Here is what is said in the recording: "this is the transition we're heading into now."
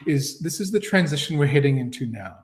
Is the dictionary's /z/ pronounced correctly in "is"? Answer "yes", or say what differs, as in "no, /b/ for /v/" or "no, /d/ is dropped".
yes